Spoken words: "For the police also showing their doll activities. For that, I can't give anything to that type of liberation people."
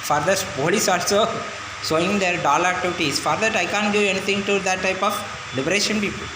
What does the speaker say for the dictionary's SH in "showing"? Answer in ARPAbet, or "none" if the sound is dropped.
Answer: S